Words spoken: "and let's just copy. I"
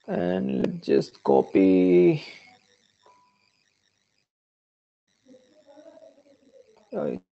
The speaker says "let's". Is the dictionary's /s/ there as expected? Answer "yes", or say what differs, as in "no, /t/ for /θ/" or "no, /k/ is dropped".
no, /s/ is dropped